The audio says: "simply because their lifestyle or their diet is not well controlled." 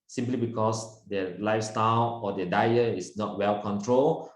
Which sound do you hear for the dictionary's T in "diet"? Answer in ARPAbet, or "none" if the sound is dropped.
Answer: none